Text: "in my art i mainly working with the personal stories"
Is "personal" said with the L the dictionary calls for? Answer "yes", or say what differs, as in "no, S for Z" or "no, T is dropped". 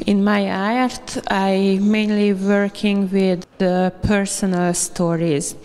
yes